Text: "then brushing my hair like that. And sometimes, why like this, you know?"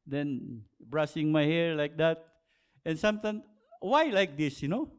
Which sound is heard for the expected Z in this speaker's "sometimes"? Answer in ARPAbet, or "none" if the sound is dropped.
none